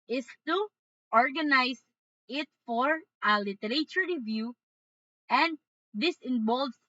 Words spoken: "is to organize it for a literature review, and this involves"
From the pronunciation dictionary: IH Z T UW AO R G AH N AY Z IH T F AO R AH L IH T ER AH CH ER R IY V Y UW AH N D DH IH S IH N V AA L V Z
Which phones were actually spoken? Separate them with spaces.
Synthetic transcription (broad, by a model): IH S T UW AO R G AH N AY S IH T F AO R AH L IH T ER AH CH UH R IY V Y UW AH N D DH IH S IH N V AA L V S